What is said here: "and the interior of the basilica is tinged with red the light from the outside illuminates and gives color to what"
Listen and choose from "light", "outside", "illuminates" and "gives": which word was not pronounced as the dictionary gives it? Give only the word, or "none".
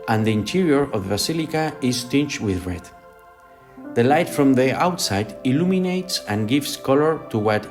gives